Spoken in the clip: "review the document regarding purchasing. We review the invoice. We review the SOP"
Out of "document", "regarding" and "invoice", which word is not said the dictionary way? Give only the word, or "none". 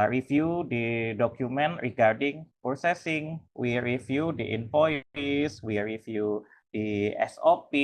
invoice